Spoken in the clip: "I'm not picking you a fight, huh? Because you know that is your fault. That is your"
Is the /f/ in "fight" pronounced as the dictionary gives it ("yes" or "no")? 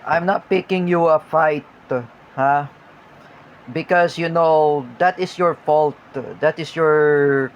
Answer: yes